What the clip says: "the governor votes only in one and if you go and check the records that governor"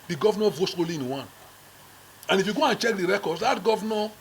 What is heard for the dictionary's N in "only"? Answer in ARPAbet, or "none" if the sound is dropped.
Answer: none